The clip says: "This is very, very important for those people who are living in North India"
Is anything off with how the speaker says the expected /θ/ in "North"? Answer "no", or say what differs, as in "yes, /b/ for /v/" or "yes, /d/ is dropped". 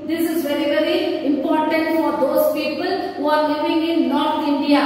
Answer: yes, /t/ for /θ/